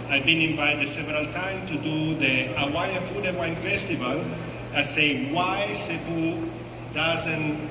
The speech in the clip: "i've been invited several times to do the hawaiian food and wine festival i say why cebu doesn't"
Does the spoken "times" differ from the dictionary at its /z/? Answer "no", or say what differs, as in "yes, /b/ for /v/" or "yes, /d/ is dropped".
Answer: yes, /z/ is dropped